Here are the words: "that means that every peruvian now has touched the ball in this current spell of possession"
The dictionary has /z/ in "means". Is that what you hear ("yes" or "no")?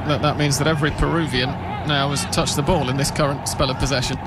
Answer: yes